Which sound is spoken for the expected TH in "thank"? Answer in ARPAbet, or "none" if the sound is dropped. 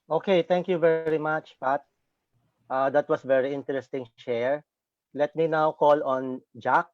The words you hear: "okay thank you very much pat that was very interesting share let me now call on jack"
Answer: T